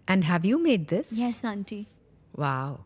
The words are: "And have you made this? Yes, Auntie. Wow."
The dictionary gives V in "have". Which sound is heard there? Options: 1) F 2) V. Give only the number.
2